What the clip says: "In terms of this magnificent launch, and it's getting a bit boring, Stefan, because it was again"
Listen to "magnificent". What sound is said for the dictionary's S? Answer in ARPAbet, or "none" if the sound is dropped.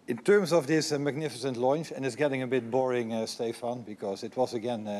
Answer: S